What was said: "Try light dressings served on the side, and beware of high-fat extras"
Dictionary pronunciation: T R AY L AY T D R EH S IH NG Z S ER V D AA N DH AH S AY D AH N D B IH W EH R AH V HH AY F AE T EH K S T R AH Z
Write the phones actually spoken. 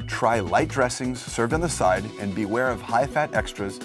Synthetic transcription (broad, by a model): T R AY L AY T D R EH S IH NG Z S ER V D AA N DH AH S AY D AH N B IH W EH R AH V HH AY F AE T EH K S T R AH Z